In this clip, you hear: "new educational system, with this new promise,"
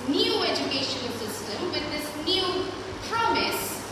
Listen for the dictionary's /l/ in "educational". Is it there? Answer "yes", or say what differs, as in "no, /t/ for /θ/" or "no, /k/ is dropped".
no, /n/ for /l/